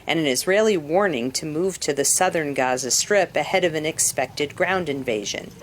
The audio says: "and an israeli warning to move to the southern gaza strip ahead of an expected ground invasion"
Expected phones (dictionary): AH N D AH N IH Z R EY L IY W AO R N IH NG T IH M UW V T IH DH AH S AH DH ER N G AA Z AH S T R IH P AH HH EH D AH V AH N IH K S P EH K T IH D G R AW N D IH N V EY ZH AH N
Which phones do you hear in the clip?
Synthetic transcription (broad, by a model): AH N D AH N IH Z R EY L IY W AO R N IH NG T IH M UW V T IH DH AH S AH DH ER N G AA Z AH S T R IH P AH HH EH D AH V AH N IH K S P EH K T IH D G R AW N D IH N V EY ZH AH N